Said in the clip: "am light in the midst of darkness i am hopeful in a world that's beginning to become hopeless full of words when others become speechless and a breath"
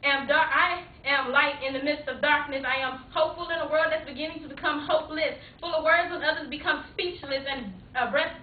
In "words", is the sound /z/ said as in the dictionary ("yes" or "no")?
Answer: yes